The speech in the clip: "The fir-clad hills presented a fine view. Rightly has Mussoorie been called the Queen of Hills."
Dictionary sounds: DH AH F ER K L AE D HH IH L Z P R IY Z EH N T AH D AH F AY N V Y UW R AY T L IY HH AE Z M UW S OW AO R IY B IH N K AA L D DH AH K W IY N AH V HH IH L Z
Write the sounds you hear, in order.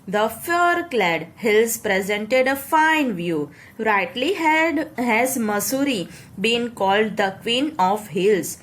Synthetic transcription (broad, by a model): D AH F ER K L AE D HH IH L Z P R IY Z EH N T AH D AH F AY N V Y UW R AY T L IY HH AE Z M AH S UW R IY B IH N K AA L D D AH K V IY N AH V HH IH L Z